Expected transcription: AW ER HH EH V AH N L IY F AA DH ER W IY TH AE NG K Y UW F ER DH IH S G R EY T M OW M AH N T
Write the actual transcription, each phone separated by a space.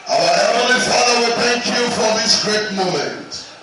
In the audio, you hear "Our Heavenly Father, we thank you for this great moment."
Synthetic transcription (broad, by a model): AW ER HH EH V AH L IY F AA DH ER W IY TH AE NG K Y UW F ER DH IH S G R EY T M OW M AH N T